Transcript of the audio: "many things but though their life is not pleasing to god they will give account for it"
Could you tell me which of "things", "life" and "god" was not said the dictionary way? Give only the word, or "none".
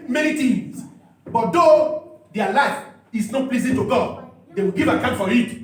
things